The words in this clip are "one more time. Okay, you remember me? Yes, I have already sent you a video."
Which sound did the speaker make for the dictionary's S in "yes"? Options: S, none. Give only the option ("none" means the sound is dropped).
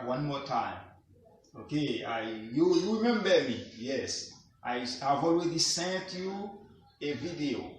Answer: S